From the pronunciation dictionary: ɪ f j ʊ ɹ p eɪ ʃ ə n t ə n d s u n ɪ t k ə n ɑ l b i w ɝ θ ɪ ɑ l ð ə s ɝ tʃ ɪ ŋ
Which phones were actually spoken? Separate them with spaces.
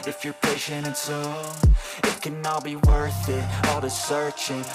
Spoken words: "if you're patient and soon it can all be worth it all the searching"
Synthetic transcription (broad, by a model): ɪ f j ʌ ɹ p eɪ ʃ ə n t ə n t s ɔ ɪ t k ə n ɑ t b i w ɝ θ ɪ ɑ l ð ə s ɝ tʃ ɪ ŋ